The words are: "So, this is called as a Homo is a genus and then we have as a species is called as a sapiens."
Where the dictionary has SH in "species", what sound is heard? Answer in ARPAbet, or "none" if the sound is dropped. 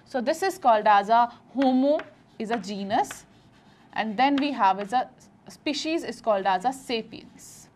SH